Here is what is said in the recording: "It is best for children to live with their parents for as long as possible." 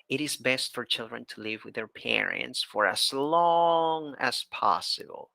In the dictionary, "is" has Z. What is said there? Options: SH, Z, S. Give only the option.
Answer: Z